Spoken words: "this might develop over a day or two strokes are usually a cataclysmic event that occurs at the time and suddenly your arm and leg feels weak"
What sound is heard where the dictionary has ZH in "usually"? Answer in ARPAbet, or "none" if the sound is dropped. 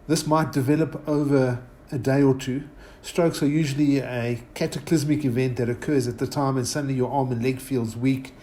ZH